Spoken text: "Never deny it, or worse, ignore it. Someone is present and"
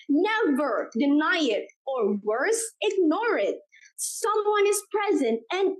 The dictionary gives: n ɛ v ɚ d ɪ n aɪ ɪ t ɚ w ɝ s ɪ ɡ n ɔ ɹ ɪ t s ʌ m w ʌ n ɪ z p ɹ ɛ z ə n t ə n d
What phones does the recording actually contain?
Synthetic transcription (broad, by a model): n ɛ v ɚ d ɪ n aɪ ɪ t ɚ w ɝ s ɪ ɡ n ɔ ɹ ɪ t s ʌ m w ʌ n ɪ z p ɹ ɛ z ə n t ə n